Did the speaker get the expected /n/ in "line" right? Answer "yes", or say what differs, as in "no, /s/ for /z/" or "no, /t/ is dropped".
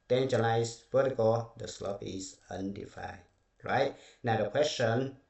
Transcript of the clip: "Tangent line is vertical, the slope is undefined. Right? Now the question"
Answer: no, /n/ is dropped